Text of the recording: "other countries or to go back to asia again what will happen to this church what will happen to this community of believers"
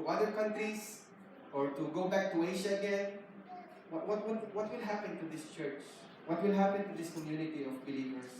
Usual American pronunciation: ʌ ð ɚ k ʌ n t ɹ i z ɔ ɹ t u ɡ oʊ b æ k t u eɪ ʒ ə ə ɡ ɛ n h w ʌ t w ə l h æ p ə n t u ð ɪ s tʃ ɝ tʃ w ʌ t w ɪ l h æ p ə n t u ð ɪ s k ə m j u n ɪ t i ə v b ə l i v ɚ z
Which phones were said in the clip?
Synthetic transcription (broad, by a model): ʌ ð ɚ k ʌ n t ɹ i s ɔ ɹ t u ɡ oʊ b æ k t u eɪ ʃ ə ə ɡ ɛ n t w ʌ t w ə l h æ p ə n t u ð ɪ s tʃ ɝ tʃ w ʌ t w ɪ l h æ p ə n t u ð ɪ s k ə m j u n ɪ t i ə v b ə l i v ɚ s